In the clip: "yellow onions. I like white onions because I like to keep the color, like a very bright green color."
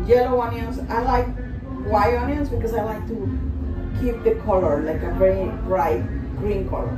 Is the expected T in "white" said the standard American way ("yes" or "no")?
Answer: no